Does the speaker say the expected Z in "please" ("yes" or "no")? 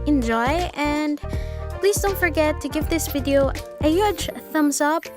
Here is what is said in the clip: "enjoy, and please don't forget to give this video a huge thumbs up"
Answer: yes